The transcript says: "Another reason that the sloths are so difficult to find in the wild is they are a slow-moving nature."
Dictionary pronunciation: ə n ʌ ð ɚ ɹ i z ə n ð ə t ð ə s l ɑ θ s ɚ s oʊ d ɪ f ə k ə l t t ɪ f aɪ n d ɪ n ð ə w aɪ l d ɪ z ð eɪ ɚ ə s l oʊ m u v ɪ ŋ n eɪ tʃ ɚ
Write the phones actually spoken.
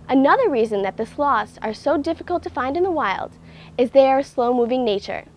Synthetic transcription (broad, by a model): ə n ʌ ð ɚ ɹ i z ə n ð ə t ð ə s l ɑ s ɚ s oʊ d ɪ f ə k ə l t t ɪ f aɪ n d ɪ n ð ə w aɪ l d ɪ z ð eɪ ɚ ə s l oʊ m u v ɪ ŋ n eɪ tʃ ɚ